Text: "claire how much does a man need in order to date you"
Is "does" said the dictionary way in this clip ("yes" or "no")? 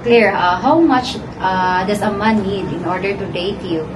no